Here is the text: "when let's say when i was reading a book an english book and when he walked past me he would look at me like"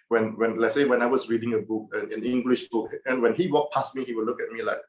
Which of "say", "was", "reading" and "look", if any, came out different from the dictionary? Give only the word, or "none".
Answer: was